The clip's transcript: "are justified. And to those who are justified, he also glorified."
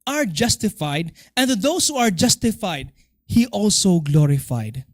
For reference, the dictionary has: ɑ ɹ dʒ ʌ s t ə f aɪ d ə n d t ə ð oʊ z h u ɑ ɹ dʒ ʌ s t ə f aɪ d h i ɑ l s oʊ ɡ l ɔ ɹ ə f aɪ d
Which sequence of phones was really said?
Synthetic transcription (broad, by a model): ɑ ɹ dʒ ʌ s t ə f aɪ d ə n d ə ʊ s h u ɑ ɹ dʒ ʌ s t ə f aɪ d h i ɑ l s oʊ ɡ l ɔ ɹ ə f aɪ d